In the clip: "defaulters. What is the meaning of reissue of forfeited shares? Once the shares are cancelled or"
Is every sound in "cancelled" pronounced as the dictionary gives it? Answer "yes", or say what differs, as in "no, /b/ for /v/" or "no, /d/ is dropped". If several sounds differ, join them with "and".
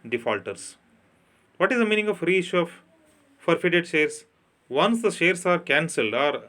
yes